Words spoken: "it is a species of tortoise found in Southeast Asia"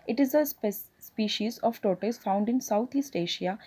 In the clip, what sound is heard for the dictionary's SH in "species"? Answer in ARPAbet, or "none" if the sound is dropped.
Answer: SH